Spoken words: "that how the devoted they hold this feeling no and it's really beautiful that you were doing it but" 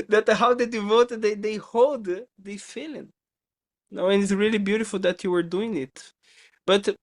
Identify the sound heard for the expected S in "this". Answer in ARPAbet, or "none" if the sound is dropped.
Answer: none